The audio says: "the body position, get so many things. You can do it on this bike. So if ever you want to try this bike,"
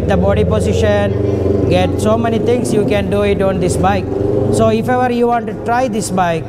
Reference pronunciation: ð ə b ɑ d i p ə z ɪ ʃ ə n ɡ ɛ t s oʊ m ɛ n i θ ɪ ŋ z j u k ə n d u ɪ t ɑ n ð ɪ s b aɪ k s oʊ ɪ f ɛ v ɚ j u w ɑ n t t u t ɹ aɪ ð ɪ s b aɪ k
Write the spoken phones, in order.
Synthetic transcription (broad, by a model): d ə b ɑ d i p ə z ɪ ʃ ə n ɡ ɛ t s oʊ m ɛ n i t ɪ ŋ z j u k ə n d u ɪ t ɑ n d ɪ s b aɪ k s oʊ ɪ f ɛ v ɚ j u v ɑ n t t u t ɹ aɪ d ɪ s b aɪ k